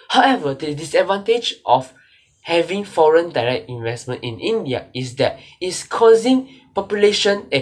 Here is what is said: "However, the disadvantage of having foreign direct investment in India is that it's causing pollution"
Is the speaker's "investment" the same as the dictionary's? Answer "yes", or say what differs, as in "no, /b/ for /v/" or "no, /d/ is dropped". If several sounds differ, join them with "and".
yes